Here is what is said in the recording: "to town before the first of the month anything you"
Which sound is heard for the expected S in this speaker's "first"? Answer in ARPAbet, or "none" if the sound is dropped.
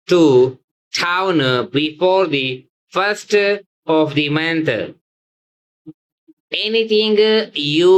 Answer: S